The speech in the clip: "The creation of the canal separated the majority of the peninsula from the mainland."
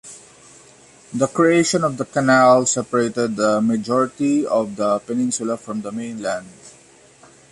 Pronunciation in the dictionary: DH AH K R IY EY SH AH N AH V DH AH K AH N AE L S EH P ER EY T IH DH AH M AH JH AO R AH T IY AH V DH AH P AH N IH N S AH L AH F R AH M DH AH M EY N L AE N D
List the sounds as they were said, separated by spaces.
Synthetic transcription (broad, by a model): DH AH K R IY EY SH AH N AH V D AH K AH N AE L S EH P ER EY T IH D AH M AH JH AO R AH T IY AH V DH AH P AH N IH N S AH L AH F R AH M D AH M EY N L AE N D